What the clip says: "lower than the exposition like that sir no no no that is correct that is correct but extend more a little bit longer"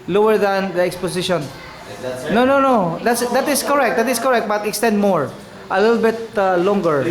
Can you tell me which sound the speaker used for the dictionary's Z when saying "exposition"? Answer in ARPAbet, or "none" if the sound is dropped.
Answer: S